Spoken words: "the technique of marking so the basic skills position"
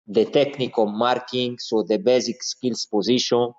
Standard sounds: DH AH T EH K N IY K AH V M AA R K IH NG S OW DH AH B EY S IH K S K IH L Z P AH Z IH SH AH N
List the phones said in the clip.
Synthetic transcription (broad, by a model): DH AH T EH K N IY K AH M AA R K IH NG S OW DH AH B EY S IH K S K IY L S P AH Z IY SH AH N